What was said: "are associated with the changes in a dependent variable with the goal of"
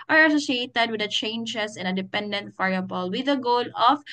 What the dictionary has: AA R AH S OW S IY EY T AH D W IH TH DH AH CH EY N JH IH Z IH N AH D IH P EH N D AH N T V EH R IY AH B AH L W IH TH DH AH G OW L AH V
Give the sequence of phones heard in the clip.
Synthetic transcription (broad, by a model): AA R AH S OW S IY EY T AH D W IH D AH CH EY N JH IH S IH N AH D IH P EH N D AH N T F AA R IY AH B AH L W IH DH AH G OW L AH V